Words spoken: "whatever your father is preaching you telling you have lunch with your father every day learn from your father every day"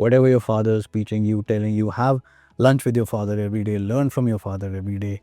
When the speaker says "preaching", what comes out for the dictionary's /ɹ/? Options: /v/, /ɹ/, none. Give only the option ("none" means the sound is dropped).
none